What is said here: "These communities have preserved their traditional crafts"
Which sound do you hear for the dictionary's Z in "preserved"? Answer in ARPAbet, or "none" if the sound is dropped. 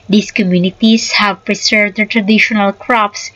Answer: S